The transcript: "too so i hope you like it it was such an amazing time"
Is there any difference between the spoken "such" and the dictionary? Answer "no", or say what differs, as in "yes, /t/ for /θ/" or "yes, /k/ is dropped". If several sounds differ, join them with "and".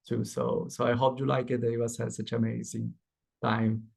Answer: yes, /s/ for /tʃ/